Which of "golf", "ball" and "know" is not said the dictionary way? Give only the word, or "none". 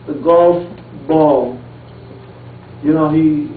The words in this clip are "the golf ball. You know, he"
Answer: none